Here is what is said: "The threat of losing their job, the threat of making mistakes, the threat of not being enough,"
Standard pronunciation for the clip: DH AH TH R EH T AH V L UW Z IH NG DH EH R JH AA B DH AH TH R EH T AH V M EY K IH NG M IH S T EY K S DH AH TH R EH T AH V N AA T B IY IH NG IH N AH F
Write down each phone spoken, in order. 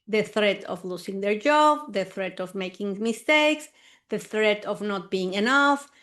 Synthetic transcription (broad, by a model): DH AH TH R EH T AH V L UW S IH NG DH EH R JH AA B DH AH TH R EH T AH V M EY K IH NG M IH S T EY K S DH AH TH R EH T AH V N AA T B IY IH NG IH N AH F